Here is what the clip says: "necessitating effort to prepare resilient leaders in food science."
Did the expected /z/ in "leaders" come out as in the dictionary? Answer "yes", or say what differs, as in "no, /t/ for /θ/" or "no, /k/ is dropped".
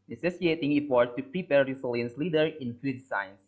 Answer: no, /z/ is dropped